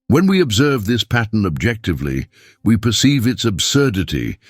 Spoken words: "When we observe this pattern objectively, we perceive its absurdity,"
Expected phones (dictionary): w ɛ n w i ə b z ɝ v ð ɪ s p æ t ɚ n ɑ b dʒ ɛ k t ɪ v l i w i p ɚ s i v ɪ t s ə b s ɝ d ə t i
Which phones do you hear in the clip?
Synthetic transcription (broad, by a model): w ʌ n w i ə b z ɝ v ð ɪ s p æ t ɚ n ɑ b dʒ ɛ k t ɪ v l i w i p ɚ s i v ɪ t s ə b s ɝ d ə t i